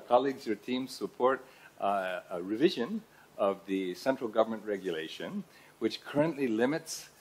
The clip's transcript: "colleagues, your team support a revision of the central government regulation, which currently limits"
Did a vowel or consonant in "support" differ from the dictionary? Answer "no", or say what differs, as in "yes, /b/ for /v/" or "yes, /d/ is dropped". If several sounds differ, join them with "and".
no